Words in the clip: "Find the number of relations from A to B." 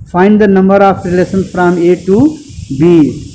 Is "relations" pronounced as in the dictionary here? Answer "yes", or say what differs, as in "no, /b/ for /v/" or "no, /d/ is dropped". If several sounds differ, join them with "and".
no, /s/ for /ʃ/ and /s/ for /z/